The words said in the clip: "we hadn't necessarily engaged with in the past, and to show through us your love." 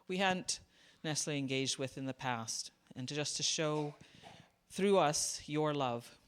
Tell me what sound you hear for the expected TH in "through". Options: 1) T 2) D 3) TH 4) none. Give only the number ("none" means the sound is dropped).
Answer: 3